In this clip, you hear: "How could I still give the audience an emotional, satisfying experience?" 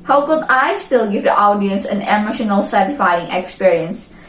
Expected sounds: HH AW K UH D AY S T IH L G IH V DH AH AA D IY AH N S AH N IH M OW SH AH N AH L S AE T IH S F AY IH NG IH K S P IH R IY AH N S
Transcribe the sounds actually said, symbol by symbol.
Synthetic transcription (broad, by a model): HH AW K UH D AY S T IH L G IH V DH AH AA D IY AH N S AH N IH M OW SH AH N AH L S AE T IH F AY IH NG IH K S P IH R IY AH N S